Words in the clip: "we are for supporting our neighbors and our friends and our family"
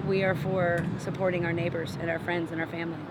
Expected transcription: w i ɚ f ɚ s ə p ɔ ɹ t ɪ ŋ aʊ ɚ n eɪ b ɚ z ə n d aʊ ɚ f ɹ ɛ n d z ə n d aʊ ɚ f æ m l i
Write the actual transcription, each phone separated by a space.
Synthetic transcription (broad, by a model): w i ɚ f ɚ s ə p ɔ ɹ t ɪ ŋ aʊ ɚ n eɪ b ɚ z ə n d aʊ ɚ f ɹ ɛ n d z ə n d aʊ ɚ f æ m l i